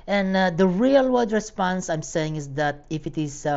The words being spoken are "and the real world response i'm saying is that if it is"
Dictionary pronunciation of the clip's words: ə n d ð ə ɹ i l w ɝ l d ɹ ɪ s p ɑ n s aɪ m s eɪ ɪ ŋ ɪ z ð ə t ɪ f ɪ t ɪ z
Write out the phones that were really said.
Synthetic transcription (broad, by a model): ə n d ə ɹ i l w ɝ d ɹ ɪ s p ɑ n s aɪ m s eɪ ɪ ŋ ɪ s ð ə t ɪ f ɪ t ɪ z